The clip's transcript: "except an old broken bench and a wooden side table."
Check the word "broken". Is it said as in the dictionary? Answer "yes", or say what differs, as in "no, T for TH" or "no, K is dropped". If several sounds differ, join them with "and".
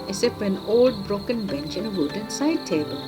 yes